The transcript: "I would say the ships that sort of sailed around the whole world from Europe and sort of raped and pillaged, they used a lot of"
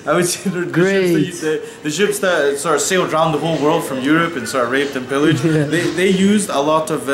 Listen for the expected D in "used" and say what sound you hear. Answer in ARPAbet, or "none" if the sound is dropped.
D